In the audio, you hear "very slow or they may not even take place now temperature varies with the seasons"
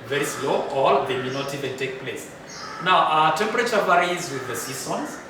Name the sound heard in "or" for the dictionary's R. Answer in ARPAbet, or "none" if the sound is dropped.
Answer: L